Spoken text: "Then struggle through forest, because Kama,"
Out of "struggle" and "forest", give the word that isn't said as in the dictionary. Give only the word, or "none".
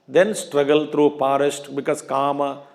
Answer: forest